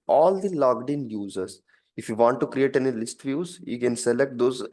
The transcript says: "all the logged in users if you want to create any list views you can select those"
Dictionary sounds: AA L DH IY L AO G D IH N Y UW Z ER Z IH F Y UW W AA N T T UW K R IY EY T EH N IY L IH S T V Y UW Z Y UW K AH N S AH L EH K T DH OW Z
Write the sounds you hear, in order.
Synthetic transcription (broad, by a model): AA L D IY L AO G D IH N Y UW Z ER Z IH F Y UW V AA N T T UW K R IY EY T EH N IY L IH S T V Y UW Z Y UW K AH N S AH L EH K T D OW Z